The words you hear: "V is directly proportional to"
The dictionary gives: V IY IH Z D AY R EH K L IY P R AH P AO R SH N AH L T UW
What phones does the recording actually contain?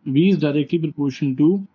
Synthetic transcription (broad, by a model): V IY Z D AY R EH K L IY P R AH P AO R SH AH N T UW